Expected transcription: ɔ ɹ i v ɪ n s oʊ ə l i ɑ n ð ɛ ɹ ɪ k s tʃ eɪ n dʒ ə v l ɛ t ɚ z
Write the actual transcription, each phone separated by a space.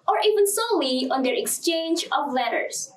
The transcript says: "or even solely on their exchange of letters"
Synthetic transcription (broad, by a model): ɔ ɹ i v ɪ n s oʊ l i ɑ n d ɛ ɹ ɪ k s tʃ eɪ n dʒ ə v l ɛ t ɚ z